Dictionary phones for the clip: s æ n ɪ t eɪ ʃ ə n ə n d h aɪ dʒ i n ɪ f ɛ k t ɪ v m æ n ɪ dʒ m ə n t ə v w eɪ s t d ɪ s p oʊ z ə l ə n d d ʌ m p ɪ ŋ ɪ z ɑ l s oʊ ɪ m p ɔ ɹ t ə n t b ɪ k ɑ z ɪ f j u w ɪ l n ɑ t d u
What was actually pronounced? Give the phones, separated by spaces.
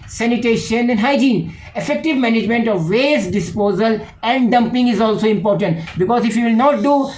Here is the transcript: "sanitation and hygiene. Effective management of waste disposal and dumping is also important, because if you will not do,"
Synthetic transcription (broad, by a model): s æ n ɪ t eɪ ʃ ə n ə n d h aɪ dʒ i n ɪ f ɛ k t ɪ v m æ n ɪ dʒ m ə n t ə v eɪ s d ɪ s p oʊ z ə l ə n d d ʌ m p ɪ ŋ ɪ z ɑ l s oʊ ɪ m p ɔ ɹ t ə n t b ɪ k ɑ z ɪ f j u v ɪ l n ɑ t d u